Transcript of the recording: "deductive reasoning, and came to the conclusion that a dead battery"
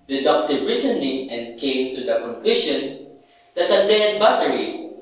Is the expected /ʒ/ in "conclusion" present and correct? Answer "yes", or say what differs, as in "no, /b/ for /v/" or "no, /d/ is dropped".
no, /ʃ/ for /ʒ/